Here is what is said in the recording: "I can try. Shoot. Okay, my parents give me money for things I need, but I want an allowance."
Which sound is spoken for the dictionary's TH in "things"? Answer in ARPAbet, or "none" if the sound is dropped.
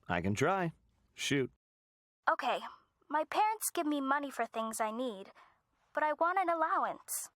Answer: TH